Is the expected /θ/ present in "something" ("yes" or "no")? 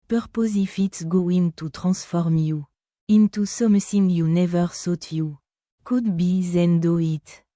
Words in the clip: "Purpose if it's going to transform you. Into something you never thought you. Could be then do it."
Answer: no